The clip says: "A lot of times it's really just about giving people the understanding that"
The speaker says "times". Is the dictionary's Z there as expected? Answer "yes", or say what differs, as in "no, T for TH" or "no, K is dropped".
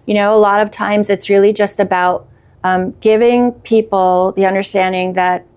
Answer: yes